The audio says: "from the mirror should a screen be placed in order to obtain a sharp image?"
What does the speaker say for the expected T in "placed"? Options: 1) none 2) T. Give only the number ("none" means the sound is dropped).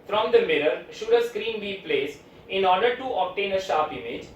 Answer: 1